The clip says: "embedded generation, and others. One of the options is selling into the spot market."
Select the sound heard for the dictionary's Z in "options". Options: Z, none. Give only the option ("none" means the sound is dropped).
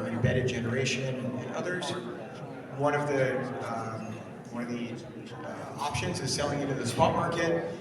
Z